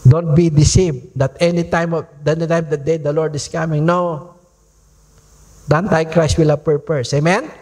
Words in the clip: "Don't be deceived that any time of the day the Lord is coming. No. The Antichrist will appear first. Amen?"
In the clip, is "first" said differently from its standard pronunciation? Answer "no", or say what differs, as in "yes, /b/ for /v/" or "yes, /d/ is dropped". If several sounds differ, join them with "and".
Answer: yes, /p/ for /f/